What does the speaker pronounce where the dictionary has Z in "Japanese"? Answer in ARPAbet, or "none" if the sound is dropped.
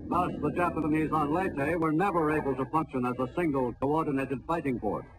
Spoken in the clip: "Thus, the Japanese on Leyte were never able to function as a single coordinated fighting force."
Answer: Z